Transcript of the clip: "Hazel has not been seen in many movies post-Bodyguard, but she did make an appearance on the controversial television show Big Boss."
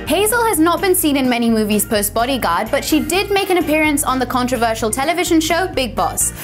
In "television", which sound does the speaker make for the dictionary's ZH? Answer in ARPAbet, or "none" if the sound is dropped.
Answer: ZH